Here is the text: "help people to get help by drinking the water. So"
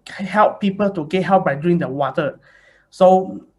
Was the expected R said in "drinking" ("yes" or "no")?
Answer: no